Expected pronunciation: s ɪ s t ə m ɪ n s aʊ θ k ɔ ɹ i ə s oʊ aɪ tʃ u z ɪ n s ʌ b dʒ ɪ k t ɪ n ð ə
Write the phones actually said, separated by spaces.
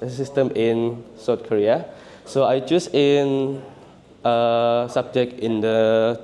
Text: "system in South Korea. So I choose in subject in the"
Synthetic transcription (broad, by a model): s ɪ s t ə m ɪ n s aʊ t k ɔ ɹ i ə s oʊ aɪ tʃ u s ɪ n s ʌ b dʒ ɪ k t ɪ n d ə